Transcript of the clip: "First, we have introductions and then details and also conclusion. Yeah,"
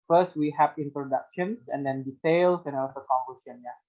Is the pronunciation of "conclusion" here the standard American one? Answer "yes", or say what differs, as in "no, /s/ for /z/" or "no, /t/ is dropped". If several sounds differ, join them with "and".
no, /l/ is dropped and /s/ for /ʒ/